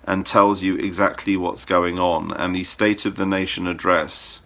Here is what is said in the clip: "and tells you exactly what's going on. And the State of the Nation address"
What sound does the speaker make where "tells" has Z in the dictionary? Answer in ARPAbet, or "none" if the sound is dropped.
Z